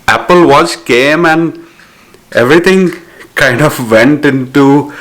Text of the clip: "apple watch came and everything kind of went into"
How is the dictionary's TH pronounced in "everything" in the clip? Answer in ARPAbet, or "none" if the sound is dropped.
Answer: T